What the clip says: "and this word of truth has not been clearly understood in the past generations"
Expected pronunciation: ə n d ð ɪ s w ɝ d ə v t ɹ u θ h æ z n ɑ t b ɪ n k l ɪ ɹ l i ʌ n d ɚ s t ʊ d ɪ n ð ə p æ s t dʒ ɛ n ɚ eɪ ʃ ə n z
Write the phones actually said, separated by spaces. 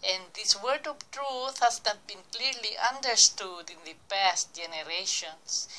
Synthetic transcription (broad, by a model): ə n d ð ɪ s w ɝ d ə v t ɹ u θ h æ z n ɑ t b ɪ n k l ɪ ɹ l i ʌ n d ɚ s t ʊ d ɪ n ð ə p æ s t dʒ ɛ n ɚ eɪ ʃ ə n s